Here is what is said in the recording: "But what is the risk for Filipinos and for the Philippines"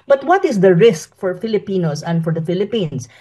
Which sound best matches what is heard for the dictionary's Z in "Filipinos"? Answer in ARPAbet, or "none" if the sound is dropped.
S